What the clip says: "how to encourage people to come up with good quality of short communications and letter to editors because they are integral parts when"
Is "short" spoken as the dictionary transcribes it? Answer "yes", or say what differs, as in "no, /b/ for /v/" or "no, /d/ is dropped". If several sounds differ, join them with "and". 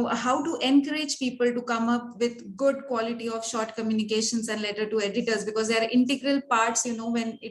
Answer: yes